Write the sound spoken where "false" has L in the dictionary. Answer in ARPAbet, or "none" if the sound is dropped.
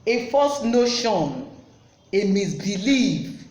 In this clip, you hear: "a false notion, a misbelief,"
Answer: none